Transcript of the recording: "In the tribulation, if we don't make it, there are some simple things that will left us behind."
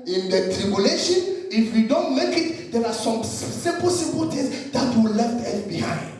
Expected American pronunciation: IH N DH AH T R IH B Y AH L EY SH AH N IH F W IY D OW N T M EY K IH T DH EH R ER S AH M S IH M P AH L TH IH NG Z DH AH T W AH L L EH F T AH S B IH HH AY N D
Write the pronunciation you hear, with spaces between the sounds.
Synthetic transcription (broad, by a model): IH N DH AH T R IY B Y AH L EY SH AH N IH F W IY D OW N T M EY K IH T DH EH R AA S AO M S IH M P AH L T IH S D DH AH T W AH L L EH F T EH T B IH HH AY N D